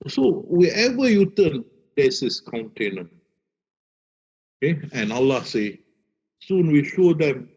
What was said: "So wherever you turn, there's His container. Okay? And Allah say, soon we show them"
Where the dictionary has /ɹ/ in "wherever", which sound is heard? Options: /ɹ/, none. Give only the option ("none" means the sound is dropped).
none